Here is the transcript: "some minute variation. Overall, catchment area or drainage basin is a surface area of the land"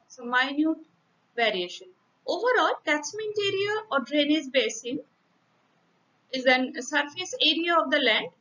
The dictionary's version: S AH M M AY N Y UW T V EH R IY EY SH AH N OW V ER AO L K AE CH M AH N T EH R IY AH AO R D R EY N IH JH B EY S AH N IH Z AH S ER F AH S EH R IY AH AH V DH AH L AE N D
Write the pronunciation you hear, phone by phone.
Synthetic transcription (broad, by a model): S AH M M AY N Y UW T V EH R IY EY SH AH N OW V ER AO L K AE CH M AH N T EH R IY AH AO R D R EY N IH Z B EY S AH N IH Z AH S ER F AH S EH R IY AH AH V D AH L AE N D